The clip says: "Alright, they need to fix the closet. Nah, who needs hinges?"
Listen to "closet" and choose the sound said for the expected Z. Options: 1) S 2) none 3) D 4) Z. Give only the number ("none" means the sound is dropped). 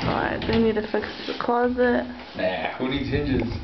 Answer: 4